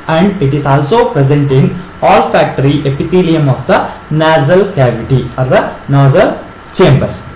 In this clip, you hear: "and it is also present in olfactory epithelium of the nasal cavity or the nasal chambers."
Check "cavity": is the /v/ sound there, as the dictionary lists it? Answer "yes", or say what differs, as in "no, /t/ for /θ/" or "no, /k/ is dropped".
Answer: yes